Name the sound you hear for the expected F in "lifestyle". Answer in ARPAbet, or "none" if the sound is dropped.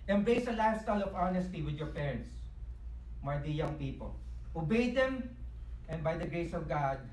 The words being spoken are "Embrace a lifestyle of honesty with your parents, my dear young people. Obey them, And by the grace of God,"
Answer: none